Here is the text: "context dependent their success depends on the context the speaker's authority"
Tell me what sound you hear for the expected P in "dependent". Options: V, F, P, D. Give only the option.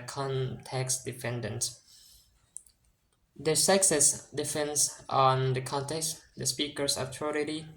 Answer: F